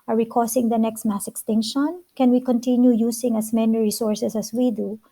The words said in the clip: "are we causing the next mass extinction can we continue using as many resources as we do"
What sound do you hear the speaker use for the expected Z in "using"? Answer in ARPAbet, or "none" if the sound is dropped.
S